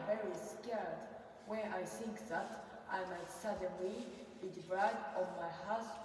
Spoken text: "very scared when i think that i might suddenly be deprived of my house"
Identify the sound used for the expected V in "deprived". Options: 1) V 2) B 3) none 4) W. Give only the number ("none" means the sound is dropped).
3